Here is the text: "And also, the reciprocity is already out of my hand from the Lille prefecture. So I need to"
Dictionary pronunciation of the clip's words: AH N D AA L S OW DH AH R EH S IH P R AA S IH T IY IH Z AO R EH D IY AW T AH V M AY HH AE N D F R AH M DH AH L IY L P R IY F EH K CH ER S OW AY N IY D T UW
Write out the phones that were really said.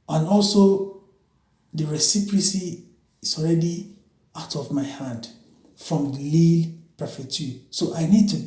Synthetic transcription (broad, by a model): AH N AA L S OW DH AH R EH S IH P R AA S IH S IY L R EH D IY AW T AH V M AY HH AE N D F R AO M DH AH L IY L P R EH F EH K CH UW S OW AY N IY D T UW